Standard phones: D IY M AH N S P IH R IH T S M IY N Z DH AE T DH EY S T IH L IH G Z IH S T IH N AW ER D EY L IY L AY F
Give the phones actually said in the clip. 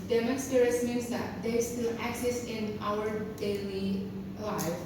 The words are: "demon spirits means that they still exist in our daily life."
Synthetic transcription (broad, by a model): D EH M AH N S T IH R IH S M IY N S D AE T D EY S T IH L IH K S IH S IH N AW ER D EY L IY L AY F